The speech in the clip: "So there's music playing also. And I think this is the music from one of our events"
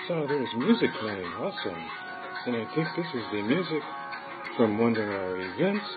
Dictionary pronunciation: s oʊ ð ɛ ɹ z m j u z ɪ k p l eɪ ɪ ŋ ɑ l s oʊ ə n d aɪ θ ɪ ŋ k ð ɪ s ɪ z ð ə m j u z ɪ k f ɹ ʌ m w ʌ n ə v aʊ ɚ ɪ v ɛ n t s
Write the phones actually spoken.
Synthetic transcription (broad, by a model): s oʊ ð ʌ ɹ z m j u z ɪ k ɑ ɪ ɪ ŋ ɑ s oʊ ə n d aɪ θ ɪ ŋ k ð ɪ s ɪ z ð ə m j u z ɪ k f ɹ ʌ m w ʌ n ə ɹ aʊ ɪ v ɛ n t s